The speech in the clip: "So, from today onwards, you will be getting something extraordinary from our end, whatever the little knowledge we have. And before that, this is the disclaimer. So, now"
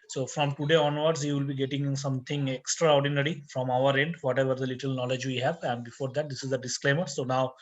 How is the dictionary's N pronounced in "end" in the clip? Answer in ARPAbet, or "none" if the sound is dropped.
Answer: N